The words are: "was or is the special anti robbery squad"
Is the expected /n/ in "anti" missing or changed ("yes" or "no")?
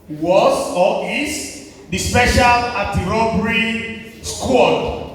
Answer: yes